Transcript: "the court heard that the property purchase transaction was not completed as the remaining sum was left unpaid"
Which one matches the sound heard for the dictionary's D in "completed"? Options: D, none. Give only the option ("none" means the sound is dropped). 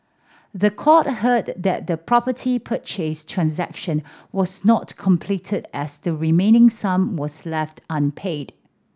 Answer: D